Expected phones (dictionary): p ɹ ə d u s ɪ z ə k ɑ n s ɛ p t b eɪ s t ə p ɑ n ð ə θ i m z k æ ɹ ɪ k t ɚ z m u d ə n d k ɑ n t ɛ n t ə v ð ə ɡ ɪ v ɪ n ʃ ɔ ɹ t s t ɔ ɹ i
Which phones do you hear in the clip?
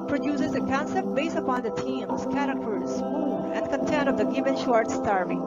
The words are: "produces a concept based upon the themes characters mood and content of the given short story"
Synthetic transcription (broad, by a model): p ɹ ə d u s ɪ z ə k ɑ n s ɛ p t b eɪ s t ə p ɑ n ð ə t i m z k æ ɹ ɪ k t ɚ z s ə n d k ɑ n t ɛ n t ə v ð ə ɡ ɪ v ɪ n ʃ ɔ ɹ t s t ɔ ɹ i